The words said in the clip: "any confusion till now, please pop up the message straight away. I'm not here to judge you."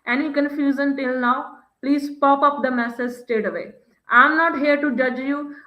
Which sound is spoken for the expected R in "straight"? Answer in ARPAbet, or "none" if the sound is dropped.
none